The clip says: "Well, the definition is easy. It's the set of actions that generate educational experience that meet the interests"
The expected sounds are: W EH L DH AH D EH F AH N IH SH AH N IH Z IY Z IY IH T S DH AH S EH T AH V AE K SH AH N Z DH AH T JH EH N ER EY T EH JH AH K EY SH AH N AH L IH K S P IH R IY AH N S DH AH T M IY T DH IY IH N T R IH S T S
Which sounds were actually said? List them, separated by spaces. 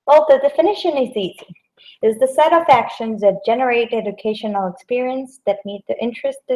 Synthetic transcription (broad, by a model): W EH L DH AH D EH F AH N IH SH AH N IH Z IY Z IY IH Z DH AH S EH T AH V AE K SH AH N Z DH AH T JH EH N ER EY T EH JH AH K EY SH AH N L IH K S P IH R IY AH N S DH AH T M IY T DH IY IH N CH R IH S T